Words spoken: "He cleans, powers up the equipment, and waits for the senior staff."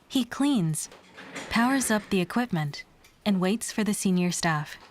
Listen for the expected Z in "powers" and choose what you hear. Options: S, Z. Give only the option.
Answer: Z